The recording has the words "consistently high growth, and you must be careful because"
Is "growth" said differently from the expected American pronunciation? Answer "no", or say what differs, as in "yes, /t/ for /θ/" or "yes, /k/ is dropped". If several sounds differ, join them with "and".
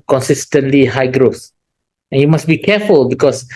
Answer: yes, /s/ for /θ/